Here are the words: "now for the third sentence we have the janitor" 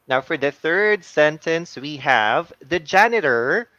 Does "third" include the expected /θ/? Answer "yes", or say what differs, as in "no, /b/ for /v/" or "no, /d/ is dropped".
yes